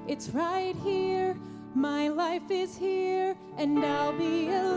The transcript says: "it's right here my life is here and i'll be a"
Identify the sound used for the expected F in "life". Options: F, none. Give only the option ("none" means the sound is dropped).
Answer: F